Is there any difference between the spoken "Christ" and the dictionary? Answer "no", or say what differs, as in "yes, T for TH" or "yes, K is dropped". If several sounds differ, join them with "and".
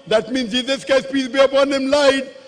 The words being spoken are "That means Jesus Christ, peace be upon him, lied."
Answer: yes, R is dropped